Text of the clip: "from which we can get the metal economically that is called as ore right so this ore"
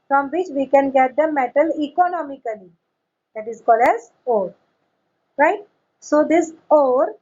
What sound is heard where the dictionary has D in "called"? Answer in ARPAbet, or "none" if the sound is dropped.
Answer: D